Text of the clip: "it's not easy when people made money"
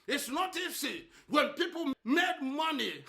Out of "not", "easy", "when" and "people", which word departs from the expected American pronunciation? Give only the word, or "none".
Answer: easy